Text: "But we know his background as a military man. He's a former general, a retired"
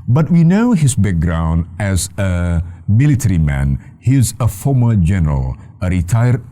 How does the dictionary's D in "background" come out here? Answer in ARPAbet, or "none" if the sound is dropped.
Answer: D